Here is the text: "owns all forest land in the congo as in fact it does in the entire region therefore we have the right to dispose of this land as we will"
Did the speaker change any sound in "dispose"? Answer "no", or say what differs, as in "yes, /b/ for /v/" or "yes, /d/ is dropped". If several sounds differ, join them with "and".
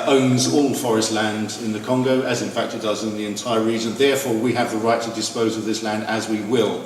no